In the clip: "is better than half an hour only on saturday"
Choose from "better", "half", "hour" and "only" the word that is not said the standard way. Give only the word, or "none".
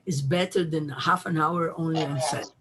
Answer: none